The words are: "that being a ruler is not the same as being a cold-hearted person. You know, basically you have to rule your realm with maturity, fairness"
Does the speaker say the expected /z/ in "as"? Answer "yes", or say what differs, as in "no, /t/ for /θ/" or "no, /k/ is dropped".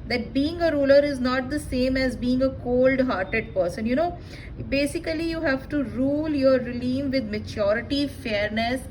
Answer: yes